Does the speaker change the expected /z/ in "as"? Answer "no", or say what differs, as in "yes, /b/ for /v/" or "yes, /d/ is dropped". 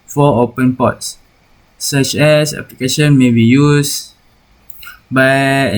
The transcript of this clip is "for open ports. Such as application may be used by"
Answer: yes, /s/ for /z/